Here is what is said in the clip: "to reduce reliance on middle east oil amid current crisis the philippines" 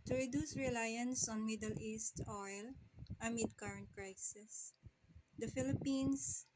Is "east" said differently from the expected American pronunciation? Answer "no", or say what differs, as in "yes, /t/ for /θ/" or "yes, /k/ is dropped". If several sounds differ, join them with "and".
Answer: no